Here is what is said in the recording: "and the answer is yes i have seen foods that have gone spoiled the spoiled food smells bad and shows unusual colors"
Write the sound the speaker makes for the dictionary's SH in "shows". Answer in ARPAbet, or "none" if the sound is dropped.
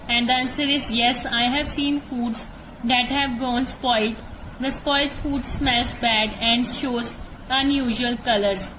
SH